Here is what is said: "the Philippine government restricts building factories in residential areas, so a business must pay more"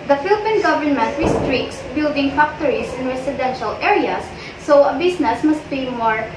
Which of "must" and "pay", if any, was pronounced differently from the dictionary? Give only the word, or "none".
pay